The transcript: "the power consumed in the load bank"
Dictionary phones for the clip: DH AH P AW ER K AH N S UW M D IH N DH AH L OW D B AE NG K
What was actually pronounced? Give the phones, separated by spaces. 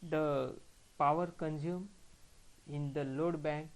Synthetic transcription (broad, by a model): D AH P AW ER K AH N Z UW M IH N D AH L OW D B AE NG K